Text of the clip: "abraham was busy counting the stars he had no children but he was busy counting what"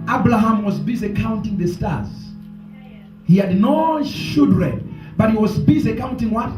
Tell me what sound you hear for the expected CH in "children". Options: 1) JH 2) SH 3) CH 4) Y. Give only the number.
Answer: 2